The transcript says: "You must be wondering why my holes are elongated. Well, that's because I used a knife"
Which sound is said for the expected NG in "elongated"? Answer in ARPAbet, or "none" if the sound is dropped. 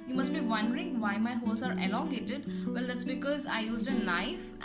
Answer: none